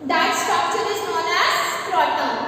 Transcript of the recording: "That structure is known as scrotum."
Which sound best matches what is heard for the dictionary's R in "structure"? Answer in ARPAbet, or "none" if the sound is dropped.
none